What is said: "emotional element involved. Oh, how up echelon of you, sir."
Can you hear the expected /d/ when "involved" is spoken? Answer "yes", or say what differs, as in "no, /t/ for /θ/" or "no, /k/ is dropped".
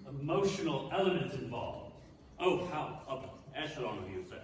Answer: no, /d/ is dropped